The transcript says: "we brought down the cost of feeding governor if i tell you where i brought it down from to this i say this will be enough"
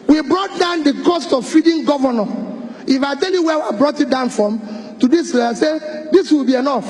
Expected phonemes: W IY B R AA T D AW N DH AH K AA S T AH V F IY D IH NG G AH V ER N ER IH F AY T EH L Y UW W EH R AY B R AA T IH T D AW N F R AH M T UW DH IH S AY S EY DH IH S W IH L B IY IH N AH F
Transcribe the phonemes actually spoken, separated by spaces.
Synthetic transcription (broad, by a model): W IY B R AA T D AW N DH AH K AA S T AH V F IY D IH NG G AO V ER N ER IH F AY T EH L Y UW W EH W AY B R AA T IH T D AW N F R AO M T UW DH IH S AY S EY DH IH S W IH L B IY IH N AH F